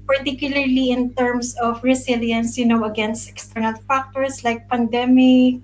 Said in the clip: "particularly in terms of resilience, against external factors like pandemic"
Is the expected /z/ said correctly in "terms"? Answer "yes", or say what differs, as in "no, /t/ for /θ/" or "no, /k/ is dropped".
no, /s/ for /z/